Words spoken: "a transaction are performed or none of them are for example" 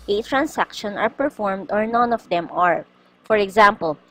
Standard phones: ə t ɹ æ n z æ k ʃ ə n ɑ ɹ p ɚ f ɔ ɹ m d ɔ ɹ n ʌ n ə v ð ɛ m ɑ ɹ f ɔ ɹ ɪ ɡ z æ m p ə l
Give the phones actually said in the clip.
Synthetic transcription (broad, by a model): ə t ɹ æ n s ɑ k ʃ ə n ɑ ɹ p ɚ f ɔ ɹ m d ɔ ɹ n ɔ n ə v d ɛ m ɑ ɹ f ɔ ɹ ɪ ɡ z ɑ m p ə l